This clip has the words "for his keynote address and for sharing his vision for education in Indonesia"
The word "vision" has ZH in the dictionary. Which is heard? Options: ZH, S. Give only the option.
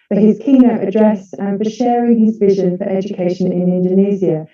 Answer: ZH